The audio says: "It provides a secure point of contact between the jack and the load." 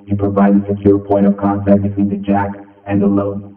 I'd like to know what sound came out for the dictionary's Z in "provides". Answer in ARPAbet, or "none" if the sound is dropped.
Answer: none